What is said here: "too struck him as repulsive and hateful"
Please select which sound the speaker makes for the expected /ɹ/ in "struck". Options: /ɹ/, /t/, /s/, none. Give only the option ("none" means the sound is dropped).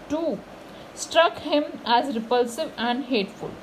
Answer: /ɹ/